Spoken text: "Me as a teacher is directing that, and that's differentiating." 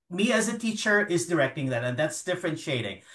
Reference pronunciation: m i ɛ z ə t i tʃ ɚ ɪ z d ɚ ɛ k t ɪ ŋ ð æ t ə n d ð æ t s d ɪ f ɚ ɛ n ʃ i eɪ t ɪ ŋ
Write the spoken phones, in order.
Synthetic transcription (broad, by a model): m i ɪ z ə t i tʃ ɚ ɪ z d ɚ ɛ k t ɪ ŋ ð æ t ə n ð æ t s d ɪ f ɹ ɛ n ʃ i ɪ t ɪ ŋ